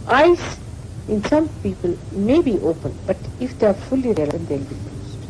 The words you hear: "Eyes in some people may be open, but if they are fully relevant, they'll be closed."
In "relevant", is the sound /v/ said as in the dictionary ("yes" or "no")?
no